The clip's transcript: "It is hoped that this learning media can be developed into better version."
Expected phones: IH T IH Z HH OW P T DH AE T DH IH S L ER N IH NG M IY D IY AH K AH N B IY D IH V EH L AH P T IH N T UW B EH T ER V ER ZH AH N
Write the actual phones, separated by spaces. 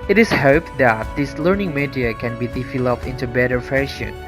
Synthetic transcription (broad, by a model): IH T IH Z HH OW P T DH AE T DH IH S L ER N IH NG M IY D IY AH K AH N B IY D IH F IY L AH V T IH N T UW B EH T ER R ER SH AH N